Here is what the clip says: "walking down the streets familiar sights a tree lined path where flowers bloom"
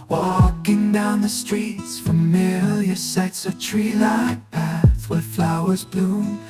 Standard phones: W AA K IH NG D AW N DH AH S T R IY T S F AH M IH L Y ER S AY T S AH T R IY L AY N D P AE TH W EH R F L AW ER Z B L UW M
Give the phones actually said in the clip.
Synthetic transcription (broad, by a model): W AA K IH NG D AW N DH AH S T R IY T S F AH M IH L Y ER S AY T S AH T R IY L AY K P AE TH W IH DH F L AW ER Z B L UW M